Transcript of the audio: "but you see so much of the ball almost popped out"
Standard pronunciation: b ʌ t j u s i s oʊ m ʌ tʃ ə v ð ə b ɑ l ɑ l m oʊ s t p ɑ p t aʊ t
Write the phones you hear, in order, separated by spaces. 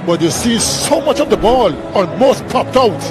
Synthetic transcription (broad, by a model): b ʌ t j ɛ s i s oʊ m ʌ tʃ ə v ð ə b ɑ l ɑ m oʊ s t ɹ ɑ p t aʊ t